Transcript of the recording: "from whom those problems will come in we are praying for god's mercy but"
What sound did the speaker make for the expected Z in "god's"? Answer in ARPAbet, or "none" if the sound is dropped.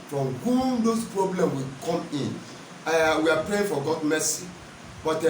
none